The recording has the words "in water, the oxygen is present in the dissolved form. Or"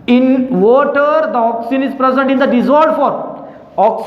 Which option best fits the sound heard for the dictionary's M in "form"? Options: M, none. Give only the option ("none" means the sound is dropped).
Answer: none